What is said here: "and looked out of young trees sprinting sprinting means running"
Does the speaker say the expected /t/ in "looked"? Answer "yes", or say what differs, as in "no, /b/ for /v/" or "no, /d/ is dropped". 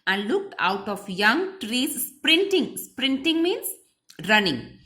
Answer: yes